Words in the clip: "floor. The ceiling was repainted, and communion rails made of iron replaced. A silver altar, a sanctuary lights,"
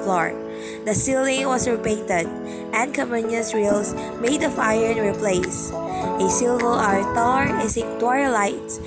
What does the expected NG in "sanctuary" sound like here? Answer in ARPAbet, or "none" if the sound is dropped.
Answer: none